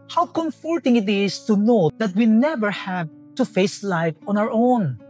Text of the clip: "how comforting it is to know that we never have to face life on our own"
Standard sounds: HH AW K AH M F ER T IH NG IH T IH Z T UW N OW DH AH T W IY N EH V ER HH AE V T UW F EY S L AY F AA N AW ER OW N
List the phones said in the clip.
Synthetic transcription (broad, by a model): HH AW K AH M F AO T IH NG IH T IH S T UW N OW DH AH T W IY N EH V ER HH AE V T UW F EY S L AY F AA N AW ER OW N